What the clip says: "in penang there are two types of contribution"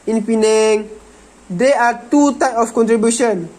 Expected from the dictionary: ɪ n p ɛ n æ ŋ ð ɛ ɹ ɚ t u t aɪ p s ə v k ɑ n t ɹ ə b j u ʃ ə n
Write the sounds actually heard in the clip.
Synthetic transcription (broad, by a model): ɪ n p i n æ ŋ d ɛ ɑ t u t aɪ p ə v k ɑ n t ɹ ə b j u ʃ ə n